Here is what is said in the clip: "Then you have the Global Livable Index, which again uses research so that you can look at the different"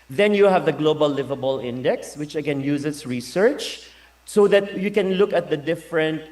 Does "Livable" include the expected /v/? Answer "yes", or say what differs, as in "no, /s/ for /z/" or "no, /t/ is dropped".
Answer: yes